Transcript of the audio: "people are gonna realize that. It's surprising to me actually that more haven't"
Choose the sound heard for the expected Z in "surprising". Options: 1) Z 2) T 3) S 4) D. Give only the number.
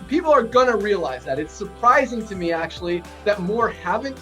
1